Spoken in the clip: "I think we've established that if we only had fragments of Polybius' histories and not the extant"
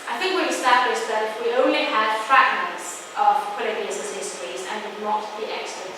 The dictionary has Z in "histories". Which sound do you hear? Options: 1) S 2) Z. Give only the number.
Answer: 2